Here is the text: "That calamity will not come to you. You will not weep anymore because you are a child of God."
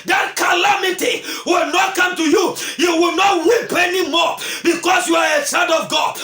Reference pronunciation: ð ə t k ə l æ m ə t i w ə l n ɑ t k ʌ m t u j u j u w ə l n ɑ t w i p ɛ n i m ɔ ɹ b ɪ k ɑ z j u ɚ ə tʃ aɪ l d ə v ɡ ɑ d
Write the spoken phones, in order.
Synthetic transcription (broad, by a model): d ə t k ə l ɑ m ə t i w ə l n ɑ t k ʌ m t u j u j u w ə l n ɑ t w i p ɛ n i m ɔ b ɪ k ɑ s j u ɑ ə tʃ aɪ n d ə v ɡ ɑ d